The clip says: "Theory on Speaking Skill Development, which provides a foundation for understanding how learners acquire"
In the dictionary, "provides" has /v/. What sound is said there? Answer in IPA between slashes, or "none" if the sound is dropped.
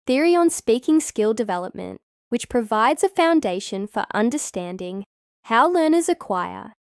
/v/